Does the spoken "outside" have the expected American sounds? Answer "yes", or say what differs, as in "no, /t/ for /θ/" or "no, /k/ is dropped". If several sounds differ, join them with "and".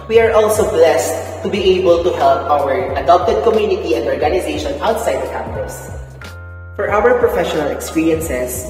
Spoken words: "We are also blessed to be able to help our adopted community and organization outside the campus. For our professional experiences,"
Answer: yes